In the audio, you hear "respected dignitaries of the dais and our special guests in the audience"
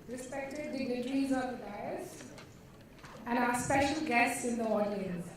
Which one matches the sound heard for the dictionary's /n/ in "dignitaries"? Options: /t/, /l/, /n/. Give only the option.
/l/